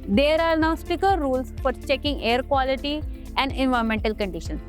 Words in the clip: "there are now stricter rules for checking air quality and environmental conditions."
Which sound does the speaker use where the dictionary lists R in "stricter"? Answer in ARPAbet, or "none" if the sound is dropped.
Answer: none